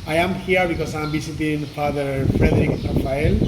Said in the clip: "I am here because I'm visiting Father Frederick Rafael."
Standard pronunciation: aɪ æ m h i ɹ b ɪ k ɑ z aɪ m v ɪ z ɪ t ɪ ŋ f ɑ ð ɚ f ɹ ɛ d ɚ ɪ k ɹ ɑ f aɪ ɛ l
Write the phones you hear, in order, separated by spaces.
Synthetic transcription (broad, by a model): aɪ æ m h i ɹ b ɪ k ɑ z aɪ m b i s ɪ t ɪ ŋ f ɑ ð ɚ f ɹ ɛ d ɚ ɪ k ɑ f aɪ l